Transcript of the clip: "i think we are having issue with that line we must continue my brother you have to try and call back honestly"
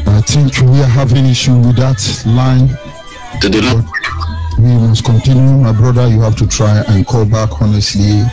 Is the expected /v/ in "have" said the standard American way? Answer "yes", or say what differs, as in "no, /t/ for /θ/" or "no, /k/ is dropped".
no, /f/ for /v/